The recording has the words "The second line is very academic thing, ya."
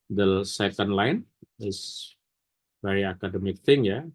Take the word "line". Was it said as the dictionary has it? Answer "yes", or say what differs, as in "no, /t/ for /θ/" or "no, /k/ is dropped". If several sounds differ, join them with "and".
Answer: yes